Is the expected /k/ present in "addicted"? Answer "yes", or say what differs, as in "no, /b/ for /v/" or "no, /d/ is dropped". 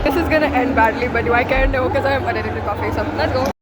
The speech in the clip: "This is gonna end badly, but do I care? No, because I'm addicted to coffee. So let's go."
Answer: no, /k/ is dropped